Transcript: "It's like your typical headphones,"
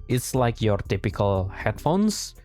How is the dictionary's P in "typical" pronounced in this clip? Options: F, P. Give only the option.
P